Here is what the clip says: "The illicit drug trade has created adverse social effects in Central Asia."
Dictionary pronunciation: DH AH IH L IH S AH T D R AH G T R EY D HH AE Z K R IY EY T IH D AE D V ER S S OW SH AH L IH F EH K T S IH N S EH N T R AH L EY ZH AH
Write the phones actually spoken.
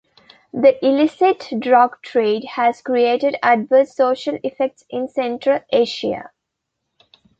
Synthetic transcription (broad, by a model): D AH IH L IH S AH T D R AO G T R EY D HH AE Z K R IY EY T IH D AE D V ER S S OW SH AH L IH F EH K T S IH N S EH N T R AH L EY SH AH